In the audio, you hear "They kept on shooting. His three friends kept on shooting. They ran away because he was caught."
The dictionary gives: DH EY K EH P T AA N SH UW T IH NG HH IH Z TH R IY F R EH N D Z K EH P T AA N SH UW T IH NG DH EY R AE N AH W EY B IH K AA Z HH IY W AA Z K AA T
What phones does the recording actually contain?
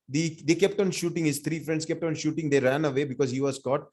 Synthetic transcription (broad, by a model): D EY K EH P T AA N SH UW T IH NG HH IH Z T R IY F R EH N D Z K EH P T AA N SH UW T IH NG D EY R AE N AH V EY B IH K AA Z HH IY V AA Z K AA T